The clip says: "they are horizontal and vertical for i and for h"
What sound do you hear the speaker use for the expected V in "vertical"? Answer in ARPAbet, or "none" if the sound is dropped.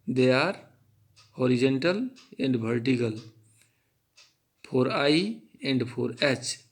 B